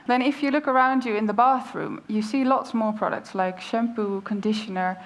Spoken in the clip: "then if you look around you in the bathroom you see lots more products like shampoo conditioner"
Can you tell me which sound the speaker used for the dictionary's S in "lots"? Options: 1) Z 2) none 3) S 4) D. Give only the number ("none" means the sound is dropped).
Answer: 3